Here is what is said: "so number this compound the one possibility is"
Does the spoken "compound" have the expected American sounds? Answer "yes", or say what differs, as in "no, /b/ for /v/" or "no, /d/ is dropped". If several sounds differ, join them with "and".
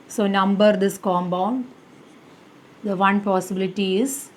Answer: no, /b/ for /p/